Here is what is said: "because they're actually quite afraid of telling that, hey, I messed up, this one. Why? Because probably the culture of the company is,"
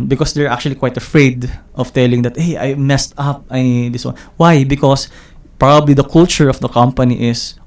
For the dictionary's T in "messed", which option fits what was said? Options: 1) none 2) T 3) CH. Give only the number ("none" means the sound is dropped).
2